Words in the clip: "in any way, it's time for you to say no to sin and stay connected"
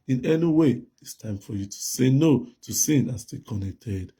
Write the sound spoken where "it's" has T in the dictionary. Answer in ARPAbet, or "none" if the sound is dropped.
T